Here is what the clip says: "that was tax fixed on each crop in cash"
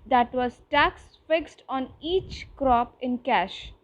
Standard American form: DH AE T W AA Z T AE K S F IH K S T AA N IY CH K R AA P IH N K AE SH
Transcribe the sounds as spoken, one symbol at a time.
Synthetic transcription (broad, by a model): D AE T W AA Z T AE K S F IH K S T AA N IY CH K R AA P IH N K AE SH